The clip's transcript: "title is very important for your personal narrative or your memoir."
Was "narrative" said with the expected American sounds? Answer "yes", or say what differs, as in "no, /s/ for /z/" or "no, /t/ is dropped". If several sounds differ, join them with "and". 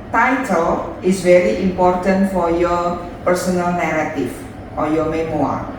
no, /f/ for /v/